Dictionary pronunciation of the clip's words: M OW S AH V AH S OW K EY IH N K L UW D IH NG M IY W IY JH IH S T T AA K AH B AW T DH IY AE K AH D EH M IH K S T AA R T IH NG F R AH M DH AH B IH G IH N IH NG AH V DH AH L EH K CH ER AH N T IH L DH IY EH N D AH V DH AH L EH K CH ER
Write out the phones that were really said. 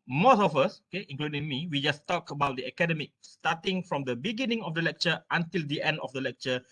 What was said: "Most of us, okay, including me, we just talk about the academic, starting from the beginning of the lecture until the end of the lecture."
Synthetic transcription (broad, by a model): M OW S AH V AH S OW K EY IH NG K L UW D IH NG M IY W IY JH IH S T T AA K AH B AW T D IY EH K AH D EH M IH K S T AA T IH NG F R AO M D AH B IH G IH N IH NG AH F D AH L EH K CH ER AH N T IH L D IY EH N D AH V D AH L EH K CH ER